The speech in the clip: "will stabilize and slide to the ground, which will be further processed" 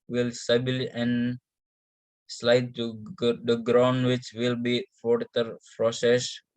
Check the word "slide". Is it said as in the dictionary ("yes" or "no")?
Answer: yes